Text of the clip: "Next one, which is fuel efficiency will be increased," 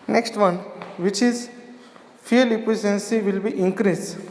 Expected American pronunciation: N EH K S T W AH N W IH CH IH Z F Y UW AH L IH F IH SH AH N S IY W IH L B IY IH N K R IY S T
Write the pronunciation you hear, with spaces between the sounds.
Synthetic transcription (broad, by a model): N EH K S T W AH N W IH CH IH Z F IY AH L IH P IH S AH N S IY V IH L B IY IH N K R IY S